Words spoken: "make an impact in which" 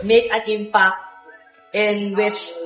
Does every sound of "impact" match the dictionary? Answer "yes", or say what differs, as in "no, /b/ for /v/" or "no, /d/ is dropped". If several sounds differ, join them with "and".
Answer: no, /t/ is dropped